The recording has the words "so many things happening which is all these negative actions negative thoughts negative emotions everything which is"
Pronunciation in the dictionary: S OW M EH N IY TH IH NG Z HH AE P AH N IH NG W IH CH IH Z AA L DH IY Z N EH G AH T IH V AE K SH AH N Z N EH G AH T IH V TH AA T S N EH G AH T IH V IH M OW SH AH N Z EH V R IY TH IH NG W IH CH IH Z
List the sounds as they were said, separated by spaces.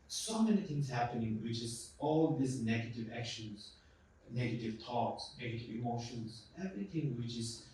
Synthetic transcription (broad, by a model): S OW M EH N IY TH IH NG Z HH AE P AH N IH NG W IH CH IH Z AA L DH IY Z N EH G AH T IH V AE K SH AH N Z N EH G AH T IH V T AA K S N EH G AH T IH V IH M OW SH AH N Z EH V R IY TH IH NG W IH CH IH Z